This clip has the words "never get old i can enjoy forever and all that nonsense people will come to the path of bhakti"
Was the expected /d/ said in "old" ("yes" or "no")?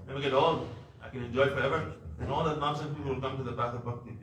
no